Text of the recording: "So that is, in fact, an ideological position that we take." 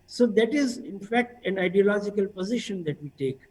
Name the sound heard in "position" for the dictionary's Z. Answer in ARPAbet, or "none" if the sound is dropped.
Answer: Z